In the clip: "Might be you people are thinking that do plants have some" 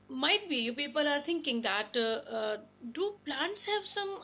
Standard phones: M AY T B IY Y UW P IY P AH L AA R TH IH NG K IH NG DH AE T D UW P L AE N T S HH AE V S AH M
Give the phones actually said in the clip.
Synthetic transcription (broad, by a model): M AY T B IY Y UW P IY P AH L AA R T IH NG K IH NG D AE T D UW P L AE N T S HH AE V S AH M